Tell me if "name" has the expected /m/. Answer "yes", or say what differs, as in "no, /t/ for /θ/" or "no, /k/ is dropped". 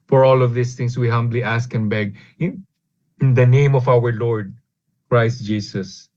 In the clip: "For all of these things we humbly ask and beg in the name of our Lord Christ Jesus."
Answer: yes